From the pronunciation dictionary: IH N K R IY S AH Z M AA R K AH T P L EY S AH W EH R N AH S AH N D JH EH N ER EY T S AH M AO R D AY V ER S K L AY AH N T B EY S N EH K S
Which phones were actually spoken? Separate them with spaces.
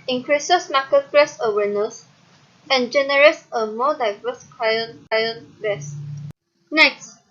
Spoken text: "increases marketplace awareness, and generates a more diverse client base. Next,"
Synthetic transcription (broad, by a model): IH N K R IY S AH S M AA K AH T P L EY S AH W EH N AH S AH N JH EH N ER EY T S AH M AO D AY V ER S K N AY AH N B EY S N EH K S